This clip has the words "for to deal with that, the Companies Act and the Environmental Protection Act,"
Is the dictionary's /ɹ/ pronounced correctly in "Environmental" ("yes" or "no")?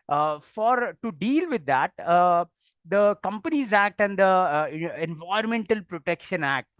no